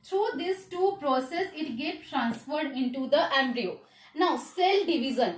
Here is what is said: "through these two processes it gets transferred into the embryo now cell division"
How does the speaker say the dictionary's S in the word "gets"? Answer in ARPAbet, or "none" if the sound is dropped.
none